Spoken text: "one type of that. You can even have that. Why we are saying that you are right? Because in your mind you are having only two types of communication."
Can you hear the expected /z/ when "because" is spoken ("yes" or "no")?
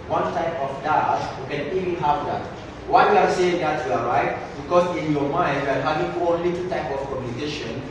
no